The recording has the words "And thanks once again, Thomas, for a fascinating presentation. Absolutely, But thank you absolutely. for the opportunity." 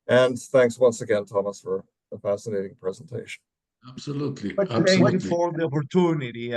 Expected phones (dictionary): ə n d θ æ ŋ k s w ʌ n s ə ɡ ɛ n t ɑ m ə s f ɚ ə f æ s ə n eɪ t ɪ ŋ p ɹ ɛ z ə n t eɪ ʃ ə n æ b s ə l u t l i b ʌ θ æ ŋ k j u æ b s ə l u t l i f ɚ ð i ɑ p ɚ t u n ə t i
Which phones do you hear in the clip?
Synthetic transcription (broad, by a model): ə n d θ æ ŋ k s w ʌ n s ə ɡ ɛ n t ɑ m ə s f ɚ ə f æ s ə n eɪ t ɪ ŋ p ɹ ɛ z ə n t eɪ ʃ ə n æ b s ə l u t l i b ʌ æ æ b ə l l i f ɚ ð i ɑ p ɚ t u n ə t i